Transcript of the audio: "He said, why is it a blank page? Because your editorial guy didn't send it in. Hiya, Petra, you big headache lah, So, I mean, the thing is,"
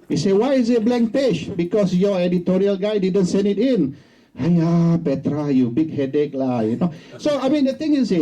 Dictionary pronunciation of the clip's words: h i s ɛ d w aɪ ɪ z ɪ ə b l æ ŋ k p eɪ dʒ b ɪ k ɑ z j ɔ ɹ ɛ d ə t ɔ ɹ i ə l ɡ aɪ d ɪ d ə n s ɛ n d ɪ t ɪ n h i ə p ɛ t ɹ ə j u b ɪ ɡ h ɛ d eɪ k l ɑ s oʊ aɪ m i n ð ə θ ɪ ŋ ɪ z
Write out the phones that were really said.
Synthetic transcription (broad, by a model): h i s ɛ w aɪ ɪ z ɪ ə b l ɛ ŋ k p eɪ ʃ b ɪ k ɑ s j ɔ ɛ d ə t ɔ ɹ i ə l ɡ aɪ d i d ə n s ɛ n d ɪ t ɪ n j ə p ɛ t ɹ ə j u b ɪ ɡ h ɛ d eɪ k l ɑ s oʊ aɪ m i n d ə t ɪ ŋ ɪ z